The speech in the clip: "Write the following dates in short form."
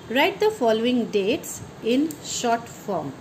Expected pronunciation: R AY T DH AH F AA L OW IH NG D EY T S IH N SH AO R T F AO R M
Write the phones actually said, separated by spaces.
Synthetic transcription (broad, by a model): R AY T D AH F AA L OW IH NG D EY T S IH N SH AO R T F AO R M